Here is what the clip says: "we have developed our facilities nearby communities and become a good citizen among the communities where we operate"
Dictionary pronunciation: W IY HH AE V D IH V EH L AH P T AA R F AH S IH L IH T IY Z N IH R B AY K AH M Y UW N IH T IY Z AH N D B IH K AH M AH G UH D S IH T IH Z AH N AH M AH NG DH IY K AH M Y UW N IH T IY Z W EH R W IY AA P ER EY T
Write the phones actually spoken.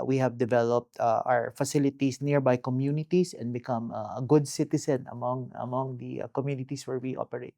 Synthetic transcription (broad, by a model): W IY HH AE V D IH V EH L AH P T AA W F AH S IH L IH T IY S N IH R B AY K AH M Y UW N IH T IY S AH N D B IH K AH M AH G UH D S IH T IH S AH N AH M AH NG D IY K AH M Y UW N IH T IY S W EH R W IY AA P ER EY T